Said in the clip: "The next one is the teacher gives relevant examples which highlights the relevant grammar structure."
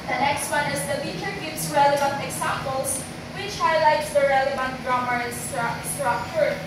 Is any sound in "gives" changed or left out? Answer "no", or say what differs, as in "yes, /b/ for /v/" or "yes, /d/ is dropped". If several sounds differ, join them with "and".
yes, /s/ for /z/